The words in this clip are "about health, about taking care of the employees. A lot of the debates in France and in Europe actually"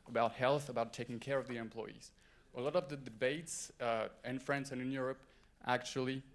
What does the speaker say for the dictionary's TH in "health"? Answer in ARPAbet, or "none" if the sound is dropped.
TH